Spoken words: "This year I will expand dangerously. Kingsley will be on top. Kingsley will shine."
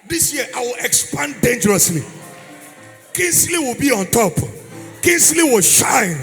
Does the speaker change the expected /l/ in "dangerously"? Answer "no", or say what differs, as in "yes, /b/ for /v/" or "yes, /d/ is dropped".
no